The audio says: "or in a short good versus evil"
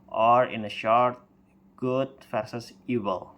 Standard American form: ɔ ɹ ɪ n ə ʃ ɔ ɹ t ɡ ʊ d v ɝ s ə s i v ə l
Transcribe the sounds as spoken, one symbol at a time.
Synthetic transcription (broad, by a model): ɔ ɹ ɪ n ə ʃ ɔ ɹ t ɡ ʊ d f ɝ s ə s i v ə l